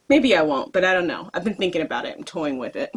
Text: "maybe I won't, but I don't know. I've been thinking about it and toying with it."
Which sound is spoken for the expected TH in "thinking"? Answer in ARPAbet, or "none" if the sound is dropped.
TH